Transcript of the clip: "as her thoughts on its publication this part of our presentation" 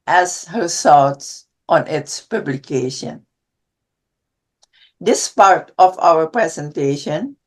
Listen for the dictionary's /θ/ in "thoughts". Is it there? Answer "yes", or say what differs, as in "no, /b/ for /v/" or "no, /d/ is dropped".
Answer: no, /s/ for /θ/